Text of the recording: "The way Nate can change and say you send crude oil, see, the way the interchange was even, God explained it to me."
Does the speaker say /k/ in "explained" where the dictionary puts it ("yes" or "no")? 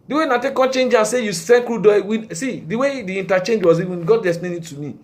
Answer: no